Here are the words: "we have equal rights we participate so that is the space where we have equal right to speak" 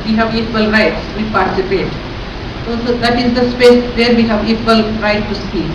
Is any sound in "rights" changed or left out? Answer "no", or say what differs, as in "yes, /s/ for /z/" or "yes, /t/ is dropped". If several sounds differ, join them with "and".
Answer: no